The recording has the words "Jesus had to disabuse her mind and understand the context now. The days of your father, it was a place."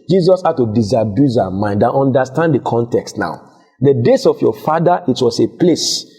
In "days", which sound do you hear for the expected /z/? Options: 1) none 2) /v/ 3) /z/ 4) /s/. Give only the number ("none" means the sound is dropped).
4